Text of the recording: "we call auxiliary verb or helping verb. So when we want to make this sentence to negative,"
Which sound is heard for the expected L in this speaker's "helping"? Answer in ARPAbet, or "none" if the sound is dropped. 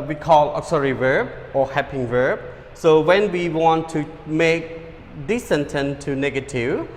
none